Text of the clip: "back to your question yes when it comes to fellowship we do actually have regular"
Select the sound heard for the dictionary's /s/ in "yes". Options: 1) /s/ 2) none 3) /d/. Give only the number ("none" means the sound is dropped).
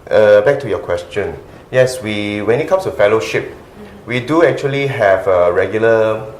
1